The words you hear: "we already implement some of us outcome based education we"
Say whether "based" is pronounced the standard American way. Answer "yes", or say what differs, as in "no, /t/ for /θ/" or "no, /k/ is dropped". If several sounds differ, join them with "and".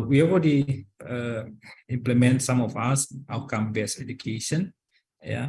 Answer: no, /t/ is dropped